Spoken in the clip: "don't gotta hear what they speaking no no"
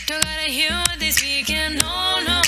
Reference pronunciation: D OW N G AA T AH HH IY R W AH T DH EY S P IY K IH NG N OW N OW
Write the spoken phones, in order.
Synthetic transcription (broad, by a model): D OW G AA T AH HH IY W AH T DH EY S IY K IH N OW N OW